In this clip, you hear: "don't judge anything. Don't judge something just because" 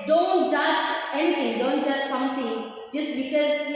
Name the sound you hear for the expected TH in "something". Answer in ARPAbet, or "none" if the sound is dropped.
T